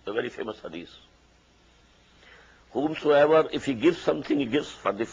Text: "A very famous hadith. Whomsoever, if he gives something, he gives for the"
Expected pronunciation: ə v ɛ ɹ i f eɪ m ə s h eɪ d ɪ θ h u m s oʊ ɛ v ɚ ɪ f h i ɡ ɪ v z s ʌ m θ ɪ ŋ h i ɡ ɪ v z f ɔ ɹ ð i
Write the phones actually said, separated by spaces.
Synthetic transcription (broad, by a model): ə v ɛ ɹ i f eɪ m ə s h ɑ d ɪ s h u m s oʊ ɛ v ɚ ɪ f h i ɡ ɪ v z s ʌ m t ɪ ŋ h i ɡ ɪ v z f ɔ ɹ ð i